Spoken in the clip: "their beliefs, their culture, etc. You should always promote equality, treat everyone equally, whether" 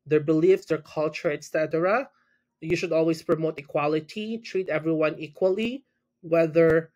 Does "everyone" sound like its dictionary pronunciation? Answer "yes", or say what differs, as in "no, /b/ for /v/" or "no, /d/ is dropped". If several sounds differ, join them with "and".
yes